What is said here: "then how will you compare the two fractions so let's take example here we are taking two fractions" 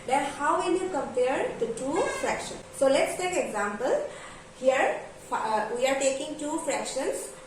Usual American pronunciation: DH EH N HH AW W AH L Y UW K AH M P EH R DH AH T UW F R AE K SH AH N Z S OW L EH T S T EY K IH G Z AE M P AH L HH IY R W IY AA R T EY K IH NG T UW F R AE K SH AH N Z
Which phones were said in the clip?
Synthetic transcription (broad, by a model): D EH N HH AW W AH N Y UW K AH M P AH R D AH T UW F R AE K SH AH N S OW L EH T S T EY K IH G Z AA M P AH L HH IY R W IY AA R T EY K IH NG T UW F R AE K SH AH N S